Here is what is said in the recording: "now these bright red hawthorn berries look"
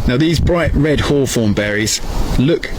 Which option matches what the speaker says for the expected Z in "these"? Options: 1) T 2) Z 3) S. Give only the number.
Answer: 2